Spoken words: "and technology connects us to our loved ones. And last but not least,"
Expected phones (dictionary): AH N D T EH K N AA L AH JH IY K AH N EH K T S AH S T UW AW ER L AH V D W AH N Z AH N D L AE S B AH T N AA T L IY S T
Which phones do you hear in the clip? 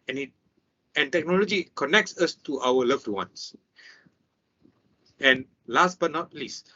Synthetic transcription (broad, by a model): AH N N T EH K N AA L AH JH IY K AH N EH K T S AH S T UW AW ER L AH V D W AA N S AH N L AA S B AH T N AA T L IY S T